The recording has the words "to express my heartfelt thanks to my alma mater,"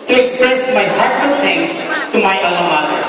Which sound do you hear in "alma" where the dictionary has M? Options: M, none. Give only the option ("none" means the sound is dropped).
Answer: none